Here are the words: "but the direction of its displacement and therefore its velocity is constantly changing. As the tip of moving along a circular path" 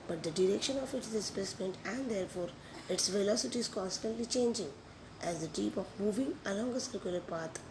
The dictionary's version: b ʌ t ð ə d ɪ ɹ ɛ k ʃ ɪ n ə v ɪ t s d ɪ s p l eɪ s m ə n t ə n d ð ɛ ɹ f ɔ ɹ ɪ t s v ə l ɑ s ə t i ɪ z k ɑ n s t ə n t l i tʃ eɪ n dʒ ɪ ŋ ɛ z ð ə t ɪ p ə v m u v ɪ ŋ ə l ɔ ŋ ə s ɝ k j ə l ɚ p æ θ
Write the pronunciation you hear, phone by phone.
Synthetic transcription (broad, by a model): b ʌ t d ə d ɪ ɹ ɛ k ʃ ɪ n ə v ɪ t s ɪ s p eɪ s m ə n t ə n d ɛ ɹ f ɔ ɹ ɪ t s v ə l ɑ s ə t i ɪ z k ɑ n s t ə n t l i tʃ eɪ n dʒ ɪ ŋ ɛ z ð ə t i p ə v m u v ɪ ŋ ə l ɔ ŋ ə s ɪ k j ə l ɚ p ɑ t